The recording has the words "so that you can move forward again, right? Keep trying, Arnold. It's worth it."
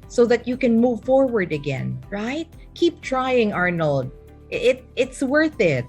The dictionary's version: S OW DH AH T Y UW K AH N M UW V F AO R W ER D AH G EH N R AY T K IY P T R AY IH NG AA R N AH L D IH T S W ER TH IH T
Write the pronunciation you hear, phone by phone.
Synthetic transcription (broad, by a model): S OW DH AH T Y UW K AH N M UW V F AO R W ER D AH G EH N R AY T K IY P T R AY IH NG AA R N L D IH T S W ER TH IH T